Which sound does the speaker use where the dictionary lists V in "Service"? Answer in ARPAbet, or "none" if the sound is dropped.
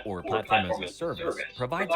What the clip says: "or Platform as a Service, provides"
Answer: V